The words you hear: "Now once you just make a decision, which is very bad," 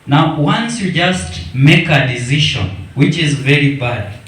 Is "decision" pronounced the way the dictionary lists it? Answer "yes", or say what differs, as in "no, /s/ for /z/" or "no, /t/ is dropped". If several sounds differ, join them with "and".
no, /ʃ/ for /ʒ/